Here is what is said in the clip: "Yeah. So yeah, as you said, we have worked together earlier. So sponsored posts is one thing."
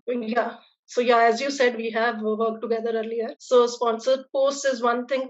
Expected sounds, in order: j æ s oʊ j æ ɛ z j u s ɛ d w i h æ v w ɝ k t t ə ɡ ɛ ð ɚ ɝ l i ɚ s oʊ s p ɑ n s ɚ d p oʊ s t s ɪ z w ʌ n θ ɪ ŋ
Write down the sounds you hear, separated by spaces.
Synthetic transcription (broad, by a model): j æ s oʊ j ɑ ɛ z j u s ɛ d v i h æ v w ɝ k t t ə ɡ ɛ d ɚ ɝ l i ɚ s oʊ s p ɑ n s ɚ d p oʊ s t ɪ z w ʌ n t ɪ ŋ